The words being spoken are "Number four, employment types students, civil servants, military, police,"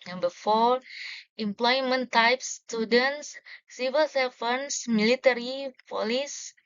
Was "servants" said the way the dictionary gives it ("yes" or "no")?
no